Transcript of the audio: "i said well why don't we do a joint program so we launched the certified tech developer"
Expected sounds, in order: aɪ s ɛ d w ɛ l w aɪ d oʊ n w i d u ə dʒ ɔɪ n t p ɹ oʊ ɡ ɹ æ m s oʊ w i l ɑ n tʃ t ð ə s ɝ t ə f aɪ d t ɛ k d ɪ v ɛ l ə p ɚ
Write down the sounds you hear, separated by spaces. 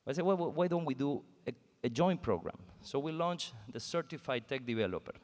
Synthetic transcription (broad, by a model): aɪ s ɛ w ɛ w w aɪ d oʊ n w i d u ə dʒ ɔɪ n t p ɹ oʊ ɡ ɹ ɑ m s oʊ w i l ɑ n tʃ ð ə s ɝ t ə f aɪ d t ɛ k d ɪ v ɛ l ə p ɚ